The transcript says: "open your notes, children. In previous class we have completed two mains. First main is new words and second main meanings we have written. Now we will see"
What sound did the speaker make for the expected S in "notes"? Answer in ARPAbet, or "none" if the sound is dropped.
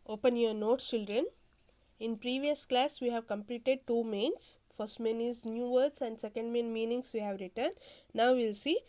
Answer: none